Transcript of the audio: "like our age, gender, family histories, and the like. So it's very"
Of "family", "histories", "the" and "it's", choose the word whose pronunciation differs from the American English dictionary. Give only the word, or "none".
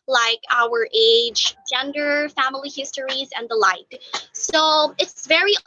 none